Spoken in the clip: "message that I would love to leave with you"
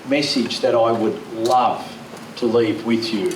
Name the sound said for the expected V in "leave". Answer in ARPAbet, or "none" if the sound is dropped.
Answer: V